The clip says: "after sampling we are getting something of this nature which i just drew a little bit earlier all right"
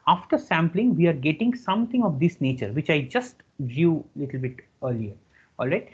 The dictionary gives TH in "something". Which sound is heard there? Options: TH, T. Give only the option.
T